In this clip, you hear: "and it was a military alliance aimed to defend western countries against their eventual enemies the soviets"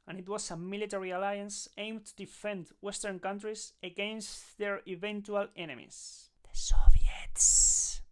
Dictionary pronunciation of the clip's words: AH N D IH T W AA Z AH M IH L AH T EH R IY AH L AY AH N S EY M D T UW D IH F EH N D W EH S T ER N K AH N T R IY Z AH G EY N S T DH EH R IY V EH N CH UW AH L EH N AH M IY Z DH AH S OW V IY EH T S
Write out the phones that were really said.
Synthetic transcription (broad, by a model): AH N IH T W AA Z AH M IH L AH T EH R IY AH L AY AH N S EY M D T UW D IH F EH N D W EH S T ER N K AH N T R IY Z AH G EY N S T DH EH R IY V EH N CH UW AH L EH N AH M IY S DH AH S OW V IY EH T S